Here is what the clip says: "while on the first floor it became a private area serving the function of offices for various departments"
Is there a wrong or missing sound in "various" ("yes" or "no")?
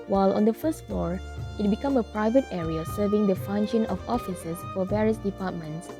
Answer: no